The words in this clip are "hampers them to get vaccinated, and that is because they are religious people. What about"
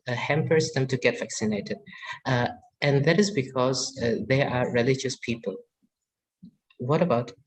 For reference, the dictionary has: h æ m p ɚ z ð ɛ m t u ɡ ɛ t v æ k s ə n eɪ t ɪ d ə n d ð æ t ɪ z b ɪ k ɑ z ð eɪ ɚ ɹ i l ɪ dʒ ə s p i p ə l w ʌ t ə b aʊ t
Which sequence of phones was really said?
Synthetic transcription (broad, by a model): h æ m p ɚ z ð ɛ m t u ɡ ɛ t v æ k s ə n eɪ t ɪ d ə n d ð æ t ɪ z b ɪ k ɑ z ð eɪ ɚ ɹ i l ɪ dʒ ə s p i p ə l w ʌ t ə b aʊ t